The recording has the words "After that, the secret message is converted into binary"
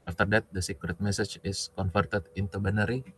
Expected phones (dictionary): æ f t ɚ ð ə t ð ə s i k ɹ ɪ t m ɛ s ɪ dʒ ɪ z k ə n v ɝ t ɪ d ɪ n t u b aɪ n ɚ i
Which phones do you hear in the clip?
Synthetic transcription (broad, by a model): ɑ f t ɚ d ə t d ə s i k ɹ ɪ t m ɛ s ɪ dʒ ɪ s k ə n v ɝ t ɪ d ɪ n t u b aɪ n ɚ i